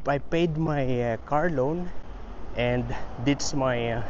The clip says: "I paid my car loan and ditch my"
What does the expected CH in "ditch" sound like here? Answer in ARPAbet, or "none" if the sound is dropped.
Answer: S